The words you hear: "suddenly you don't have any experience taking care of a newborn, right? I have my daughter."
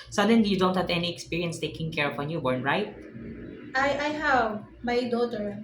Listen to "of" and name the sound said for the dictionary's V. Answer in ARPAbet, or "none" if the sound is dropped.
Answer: P